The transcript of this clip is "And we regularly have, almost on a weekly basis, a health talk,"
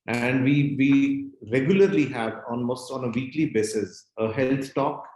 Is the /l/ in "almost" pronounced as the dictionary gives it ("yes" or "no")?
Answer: no